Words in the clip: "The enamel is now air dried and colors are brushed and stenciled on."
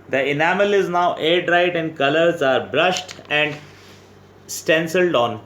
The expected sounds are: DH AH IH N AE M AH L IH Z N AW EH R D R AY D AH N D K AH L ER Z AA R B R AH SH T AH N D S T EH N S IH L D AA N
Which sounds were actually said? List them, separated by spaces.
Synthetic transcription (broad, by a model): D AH IH N AE M AH L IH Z N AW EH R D R AY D AH N D K AH L ER Z AA R B R AH SH T AH N D S T EH N S IH L D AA N